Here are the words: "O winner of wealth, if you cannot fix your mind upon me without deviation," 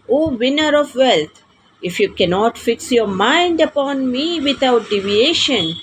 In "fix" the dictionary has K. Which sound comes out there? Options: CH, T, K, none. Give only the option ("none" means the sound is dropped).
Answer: K